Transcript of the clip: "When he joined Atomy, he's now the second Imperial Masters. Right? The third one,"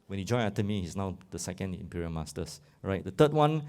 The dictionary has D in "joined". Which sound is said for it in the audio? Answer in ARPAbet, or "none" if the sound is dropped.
none